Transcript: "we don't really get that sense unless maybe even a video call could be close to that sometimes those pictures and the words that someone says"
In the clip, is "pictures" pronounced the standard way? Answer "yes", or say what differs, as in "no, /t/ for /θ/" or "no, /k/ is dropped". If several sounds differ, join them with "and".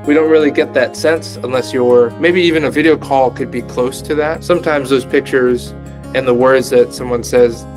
yes